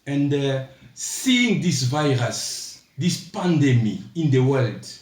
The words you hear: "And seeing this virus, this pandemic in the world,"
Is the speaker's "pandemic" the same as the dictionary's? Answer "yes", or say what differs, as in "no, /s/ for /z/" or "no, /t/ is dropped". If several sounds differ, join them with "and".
no, /k/ is dropped